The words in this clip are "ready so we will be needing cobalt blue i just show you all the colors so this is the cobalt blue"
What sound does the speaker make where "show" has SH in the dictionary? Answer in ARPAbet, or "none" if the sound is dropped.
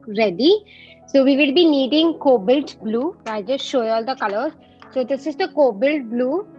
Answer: SH